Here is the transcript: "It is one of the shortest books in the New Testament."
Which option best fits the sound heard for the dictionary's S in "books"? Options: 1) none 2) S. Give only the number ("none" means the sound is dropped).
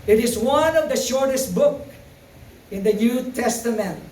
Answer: 1